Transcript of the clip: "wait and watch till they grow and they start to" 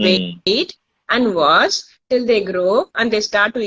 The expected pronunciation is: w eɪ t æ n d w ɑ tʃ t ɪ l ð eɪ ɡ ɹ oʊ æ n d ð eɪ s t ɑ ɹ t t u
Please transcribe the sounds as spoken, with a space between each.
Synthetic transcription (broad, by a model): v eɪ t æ n d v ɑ s t ɪ l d eɪ ɡ ɹ oʊ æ n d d eɪ s t ɑ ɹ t t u